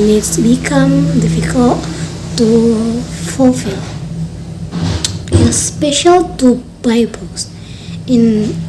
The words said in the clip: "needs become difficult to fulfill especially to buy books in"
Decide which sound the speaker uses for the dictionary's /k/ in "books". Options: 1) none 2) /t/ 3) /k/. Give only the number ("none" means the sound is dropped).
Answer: 1